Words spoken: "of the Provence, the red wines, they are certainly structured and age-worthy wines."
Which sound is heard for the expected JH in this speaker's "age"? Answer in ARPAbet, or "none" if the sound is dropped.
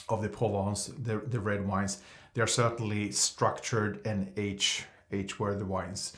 CH